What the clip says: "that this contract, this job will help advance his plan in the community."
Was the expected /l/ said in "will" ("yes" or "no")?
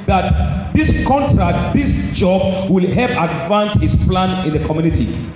yes